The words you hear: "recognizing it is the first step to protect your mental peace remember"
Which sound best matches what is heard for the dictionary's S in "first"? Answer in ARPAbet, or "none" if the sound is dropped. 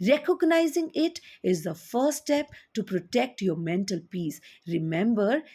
none